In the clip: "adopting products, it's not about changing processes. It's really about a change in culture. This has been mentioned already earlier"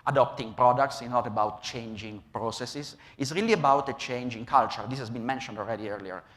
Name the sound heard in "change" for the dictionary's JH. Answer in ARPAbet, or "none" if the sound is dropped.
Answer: JH